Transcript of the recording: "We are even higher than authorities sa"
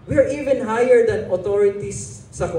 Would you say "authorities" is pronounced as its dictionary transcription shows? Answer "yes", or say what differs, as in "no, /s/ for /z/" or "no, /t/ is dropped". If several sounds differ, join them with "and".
no, /t/ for /θ/